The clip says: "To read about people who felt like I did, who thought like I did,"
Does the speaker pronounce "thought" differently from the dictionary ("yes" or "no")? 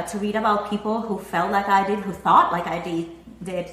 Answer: no